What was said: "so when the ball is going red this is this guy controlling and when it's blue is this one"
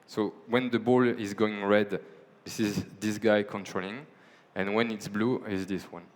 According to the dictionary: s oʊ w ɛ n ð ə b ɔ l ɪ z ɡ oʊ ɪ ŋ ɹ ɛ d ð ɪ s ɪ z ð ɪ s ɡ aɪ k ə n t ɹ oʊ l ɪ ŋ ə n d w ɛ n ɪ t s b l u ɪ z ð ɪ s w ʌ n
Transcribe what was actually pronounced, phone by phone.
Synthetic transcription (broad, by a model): s oʊ w ɛ n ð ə b ɔ l ɪ z ɡ oʊ ɪ ŋ ɹ ɛ d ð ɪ s ɪ z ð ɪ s ɡ aɪ k ə n t ɹ oʊ l ɪ ŋ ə n w ɛ n ɪ t s b l u ɪ z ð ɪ s w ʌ n